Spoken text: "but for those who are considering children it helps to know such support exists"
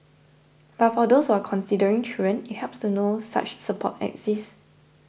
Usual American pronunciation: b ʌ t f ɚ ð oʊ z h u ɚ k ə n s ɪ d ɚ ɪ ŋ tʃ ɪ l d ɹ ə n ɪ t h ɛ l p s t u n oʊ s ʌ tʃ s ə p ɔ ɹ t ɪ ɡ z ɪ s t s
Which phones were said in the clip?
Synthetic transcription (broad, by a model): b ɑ t f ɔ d oʊ s h u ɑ k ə n s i d ɚ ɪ ŋ tʃ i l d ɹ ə n ɪ t h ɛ p s t u n oʊ s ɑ tʃ s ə p ɔ t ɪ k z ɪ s s